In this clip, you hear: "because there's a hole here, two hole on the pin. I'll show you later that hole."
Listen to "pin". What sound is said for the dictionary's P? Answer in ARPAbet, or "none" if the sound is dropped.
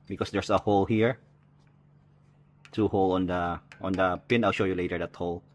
P